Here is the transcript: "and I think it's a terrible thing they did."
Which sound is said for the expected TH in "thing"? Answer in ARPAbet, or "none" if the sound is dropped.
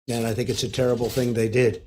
TH